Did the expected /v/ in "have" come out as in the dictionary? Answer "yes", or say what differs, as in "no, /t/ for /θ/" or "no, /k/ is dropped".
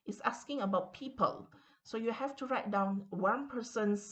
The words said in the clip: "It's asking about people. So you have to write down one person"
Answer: no, /f/ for /v/